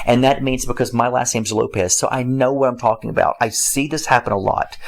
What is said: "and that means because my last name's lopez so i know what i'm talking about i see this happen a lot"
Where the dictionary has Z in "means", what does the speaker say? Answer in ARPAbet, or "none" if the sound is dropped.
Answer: Z